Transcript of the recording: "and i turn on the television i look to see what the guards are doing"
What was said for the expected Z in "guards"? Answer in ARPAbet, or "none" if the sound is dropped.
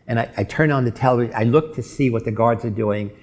Z